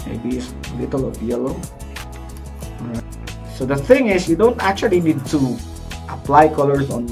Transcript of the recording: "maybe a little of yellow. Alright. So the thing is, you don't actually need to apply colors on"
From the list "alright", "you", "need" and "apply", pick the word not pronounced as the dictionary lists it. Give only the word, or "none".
alright